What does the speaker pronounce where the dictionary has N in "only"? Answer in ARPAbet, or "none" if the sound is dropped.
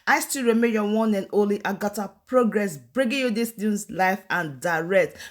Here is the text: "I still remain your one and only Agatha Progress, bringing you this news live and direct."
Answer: none